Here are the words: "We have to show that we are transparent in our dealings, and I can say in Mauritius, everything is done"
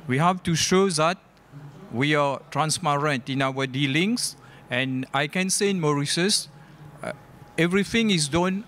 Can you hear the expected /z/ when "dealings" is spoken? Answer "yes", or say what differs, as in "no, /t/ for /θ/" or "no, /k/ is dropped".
no, /s/ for /z/